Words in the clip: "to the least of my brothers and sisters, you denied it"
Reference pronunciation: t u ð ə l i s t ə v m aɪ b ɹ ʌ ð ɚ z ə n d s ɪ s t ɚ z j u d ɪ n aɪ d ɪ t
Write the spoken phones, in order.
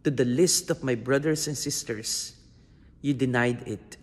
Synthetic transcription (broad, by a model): t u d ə l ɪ s t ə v m aɪ b ɹ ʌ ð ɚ s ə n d s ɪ s t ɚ s j u d ɪ n aɪ d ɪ t